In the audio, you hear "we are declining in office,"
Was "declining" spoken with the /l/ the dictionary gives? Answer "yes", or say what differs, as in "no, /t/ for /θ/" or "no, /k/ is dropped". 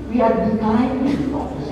no, /l/ is dropped